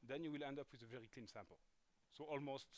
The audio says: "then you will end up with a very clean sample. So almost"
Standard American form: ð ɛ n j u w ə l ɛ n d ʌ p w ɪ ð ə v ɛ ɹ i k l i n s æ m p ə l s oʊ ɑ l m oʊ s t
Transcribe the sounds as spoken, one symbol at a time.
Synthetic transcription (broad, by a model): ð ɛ n j u w ə l ɛ n d ʌ p w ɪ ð ə v ɛ ɹ i k l i n s æ m p ə l s oʊ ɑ l m oʊ s t